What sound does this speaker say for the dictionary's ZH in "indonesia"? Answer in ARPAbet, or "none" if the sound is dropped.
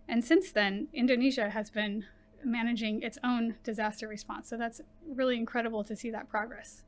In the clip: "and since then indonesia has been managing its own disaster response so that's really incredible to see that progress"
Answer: ZH